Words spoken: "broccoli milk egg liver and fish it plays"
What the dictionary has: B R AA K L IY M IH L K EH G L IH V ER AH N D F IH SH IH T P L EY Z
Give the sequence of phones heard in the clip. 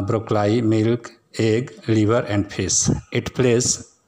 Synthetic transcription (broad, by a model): B R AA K L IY M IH L K EH G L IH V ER AH N D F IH S IH T P L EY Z